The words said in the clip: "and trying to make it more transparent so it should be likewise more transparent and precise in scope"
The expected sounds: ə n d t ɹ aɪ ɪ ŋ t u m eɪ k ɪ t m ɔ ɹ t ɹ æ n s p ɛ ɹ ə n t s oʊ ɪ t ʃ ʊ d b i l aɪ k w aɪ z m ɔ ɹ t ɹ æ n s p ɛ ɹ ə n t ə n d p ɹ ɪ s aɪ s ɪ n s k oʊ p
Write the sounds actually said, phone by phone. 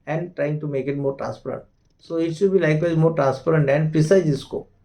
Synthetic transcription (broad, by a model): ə n d t ɹ aɪ ɪ ŋ t u m eɪ k ɪ t m ɔ ɹ t ɹ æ n s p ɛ ɹ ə n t s oʊ ɪ t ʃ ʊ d b i l aɪ k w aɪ z m ɔ ɹ t ɹ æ n s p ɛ ɹ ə n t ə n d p ɪ s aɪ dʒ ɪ s k oʊ